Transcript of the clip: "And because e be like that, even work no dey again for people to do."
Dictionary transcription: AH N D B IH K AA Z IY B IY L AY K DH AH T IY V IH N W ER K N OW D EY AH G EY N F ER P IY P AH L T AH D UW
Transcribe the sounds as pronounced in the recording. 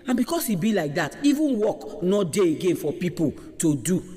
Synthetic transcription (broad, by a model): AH N B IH K AA S IY B IY L AY K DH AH T IY V IH N W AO K N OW D EY AH G EY N F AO P IY P AH L T AH D UW